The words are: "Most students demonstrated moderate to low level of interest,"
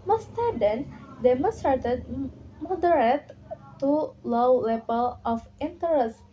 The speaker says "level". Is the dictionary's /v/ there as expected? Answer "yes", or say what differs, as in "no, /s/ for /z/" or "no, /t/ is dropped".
no, /p/ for /v/